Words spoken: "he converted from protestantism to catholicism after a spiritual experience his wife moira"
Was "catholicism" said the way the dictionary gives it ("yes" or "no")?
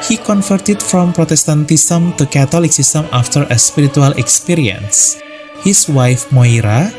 no